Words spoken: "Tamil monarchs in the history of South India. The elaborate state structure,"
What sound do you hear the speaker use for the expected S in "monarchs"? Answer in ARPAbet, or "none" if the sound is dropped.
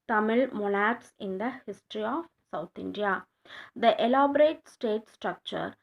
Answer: S